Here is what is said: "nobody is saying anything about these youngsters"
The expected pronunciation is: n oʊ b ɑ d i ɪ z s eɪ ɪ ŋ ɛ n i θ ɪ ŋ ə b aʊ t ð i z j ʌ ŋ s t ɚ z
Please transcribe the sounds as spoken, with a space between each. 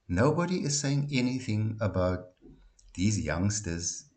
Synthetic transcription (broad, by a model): n oʊ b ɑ d i ɪ z s eɪ ɪ ŋ ɛ n i θ ɪ ŋ ə b aʊ t ð i z j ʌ ŋ s t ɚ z